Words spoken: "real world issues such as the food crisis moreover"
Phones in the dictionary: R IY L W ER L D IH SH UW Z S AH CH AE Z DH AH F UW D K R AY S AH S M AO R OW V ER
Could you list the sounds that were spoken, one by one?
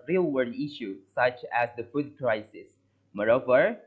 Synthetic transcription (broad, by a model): R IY L W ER D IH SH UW S AH CH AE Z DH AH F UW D K R AY S AH S M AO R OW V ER